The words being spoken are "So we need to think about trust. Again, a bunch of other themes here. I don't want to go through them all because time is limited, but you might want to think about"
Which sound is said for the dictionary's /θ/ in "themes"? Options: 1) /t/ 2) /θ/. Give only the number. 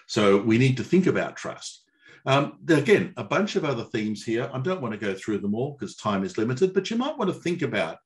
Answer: 2